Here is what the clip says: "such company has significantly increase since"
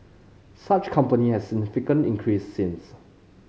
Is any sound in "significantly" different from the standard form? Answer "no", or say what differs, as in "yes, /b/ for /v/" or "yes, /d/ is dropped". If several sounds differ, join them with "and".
yes, /l/ is dropped